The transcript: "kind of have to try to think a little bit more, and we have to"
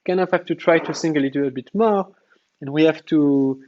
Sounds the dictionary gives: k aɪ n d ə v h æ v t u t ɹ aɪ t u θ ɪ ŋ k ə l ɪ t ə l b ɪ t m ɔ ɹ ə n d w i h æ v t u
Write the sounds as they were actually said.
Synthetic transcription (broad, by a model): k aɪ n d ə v h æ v t u t ɹ aɪ t u s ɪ ŋ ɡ ə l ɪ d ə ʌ b ɪ t m ɔ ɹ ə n w i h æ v t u